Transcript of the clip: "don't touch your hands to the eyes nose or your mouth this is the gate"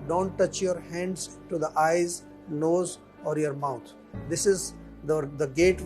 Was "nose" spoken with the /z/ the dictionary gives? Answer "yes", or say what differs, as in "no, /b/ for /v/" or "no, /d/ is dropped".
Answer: yes